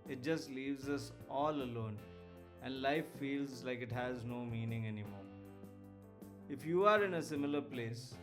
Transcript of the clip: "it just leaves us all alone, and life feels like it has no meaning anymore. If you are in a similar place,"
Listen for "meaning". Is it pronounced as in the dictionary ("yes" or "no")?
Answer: yes